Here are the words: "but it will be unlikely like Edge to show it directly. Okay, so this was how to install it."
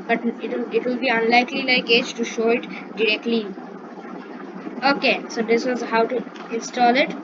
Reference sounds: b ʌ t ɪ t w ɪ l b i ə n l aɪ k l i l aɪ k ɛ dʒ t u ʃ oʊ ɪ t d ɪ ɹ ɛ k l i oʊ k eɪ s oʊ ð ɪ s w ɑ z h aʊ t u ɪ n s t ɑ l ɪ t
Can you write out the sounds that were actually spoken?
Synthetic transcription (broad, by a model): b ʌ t ɪ t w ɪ l b i ə n l aɪ k l i l aɪ k ɛ dʒ t u ʃ oʊ ɪ t d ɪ ɹ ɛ k l i oʊ k eɪ s oʊ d ɪ s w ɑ z h aʊ t u ɪ n s t ɑ l ɪ t